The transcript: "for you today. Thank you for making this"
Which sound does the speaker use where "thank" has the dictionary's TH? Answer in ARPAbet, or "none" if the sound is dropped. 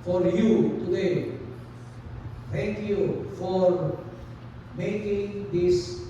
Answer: T